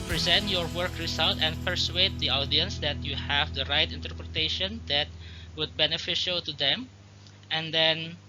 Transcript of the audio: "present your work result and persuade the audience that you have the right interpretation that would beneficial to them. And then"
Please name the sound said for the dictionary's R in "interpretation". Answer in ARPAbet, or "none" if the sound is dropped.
R